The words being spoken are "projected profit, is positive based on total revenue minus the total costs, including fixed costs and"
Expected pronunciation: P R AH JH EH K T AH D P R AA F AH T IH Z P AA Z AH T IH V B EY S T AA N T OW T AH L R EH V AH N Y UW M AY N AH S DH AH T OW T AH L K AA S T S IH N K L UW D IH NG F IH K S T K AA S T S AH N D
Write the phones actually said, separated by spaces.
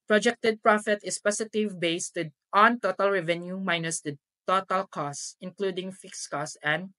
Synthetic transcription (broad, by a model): P R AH JH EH K T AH D P R AA F AH T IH S P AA S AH T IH V B EY S T AA N T OW T AH L R EH V AH N Y UW M AY N AH S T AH T OW T AH L K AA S S IH N K L UW D IH NG F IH K S K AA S S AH N D